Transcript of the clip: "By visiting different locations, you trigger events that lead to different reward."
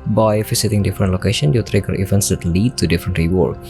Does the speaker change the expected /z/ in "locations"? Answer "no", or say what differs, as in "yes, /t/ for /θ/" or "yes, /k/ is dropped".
yes, /z/ is dropped